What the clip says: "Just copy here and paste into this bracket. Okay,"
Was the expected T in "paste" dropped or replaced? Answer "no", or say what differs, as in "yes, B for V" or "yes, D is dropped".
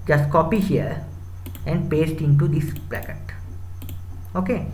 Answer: no